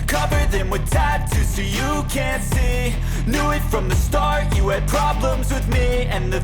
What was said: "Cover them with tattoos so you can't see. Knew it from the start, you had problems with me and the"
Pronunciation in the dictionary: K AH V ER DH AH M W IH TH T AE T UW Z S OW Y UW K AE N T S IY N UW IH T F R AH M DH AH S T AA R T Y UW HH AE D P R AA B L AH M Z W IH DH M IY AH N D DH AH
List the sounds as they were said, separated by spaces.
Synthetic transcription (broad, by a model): K AH V ER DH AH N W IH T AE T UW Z S OW Y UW K AE N T S IY N UW IH T F R AH M DH AH S T AA R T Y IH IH D P R AA B L AH M Z W IH DH M IY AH N DH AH